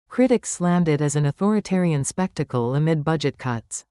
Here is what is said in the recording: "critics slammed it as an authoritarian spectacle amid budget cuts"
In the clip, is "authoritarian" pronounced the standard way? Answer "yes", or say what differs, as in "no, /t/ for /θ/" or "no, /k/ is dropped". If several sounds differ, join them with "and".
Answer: yes